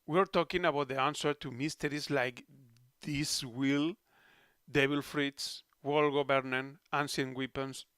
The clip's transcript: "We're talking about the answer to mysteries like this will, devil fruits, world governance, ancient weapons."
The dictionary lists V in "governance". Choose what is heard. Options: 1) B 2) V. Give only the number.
1